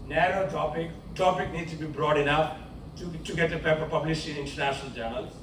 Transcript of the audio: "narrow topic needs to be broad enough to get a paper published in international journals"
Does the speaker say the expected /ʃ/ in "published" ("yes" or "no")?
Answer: no